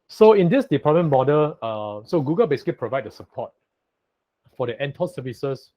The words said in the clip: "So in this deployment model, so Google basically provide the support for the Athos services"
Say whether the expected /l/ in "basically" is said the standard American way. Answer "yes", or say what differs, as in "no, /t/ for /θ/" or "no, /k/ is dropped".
no, /l/ is dropped